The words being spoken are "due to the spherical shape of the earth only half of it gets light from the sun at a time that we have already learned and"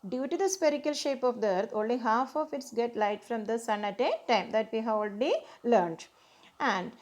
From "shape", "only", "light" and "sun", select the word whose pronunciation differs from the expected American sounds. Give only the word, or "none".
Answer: none